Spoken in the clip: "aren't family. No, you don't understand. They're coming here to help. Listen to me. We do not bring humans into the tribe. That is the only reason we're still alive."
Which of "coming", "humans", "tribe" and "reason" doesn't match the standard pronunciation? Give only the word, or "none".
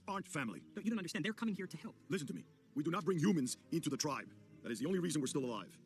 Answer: none